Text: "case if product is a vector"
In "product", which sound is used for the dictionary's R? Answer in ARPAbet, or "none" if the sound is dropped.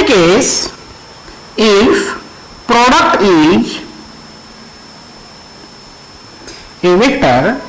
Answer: R